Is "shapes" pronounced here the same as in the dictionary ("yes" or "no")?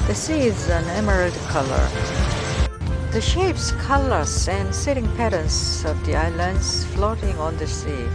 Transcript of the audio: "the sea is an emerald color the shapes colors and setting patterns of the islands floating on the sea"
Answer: yes